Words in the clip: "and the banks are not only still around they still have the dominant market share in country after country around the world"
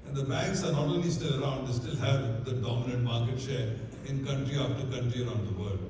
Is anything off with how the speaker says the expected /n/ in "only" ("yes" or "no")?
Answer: yes